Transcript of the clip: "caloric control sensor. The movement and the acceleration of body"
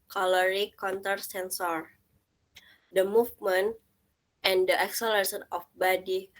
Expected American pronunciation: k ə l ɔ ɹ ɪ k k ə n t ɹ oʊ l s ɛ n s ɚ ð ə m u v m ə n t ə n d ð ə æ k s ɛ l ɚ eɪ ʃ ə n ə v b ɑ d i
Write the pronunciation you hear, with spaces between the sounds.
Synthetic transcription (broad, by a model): k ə l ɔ ɹ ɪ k k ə n t oʊ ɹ s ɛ n s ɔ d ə m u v m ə n t ə n d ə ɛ k s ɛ l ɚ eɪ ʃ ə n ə f b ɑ d i